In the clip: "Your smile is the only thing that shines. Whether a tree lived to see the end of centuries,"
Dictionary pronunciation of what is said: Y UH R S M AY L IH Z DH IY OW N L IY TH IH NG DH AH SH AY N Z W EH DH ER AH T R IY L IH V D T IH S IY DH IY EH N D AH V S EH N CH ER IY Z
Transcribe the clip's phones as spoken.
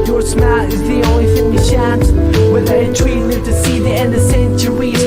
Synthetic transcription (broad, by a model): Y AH R S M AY IH Z DH IY OW N L IY F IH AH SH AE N S W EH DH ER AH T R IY L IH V T IH S IY DH IY EH N D AH V S EH N CH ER IY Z